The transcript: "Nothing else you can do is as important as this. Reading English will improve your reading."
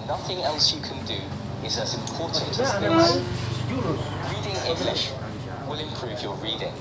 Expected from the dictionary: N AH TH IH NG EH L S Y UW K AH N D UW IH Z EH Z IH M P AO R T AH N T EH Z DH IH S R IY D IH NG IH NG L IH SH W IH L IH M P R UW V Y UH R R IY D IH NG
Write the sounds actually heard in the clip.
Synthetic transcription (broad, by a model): N AH TH IH NG EH L S Y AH K AH N D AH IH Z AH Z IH M P AO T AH N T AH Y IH R IY D IH NG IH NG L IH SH W IH L IH M P R UW V Y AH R R IY D IH NG